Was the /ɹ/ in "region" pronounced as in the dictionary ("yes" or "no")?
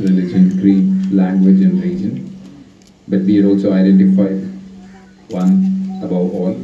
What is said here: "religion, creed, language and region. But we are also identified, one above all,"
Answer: no